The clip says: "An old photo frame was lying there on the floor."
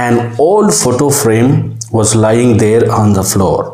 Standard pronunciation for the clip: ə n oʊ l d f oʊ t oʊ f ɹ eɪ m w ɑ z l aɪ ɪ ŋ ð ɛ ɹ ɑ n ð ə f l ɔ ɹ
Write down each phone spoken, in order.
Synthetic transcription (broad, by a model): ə n oʊ l d f oʊ t oʊ f ɹ eɪ m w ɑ z l aɪ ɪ ŋ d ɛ ɹ ɑ n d ə f l ɔ ɹ